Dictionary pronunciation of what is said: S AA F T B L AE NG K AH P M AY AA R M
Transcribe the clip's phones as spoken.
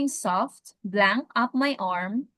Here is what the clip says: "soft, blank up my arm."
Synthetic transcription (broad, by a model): S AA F T B L AE NG K AH P M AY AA R M